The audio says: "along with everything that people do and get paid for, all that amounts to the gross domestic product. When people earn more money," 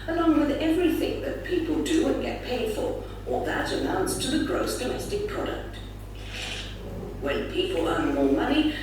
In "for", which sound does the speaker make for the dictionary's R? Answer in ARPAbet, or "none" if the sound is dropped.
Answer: L